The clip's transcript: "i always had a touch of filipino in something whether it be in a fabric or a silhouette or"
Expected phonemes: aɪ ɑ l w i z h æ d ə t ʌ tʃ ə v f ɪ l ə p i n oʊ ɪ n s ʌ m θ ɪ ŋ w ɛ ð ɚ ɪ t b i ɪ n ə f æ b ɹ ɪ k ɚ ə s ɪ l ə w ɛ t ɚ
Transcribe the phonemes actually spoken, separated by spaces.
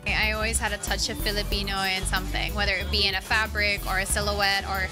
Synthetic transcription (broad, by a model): aɪ ɑ l w i z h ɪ d ə t ʌ tʃ ə v f ɪ l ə p i n oʊ ɪ n s ʌ m θ ɪ ŋ w ɛ ð ɚ ɪ t b i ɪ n ə f æ b ɹ ɪ k ɚ ə s ɪ l ə w ɛ t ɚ